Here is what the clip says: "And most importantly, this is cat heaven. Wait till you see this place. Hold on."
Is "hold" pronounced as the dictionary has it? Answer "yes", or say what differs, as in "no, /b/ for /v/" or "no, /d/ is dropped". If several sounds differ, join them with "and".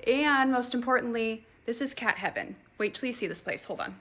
yes